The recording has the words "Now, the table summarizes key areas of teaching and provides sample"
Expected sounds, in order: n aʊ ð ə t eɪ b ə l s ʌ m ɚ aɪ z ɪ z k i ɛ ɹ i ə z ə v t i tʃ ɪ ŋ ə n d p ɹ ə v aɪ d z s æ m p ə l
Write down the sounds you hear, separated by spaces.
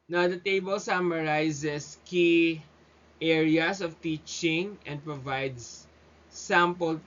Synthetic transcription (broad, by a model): n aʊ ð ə t eɪ b ə l s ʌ m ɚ aɪ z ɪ s k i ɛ ɹ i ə s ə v t i tʃ ɪ ŋ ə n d p ɹ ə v aɪ d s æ m p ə l